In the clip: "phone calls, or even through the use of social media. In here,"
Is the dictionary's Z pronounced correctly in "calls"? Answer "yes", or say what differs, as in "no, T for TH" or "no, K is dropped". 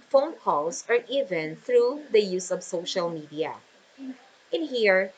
no, S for Z